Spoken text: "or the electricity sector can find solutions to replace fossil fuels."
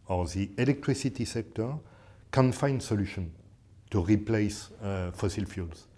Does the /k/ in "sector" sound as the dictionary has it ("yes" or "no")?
yes